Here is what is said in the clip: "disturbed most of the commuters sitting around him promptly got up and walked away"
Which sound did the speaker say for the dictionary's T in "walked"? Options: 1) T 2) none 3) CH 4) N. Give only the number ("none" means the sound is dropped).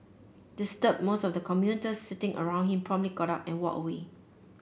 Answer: 2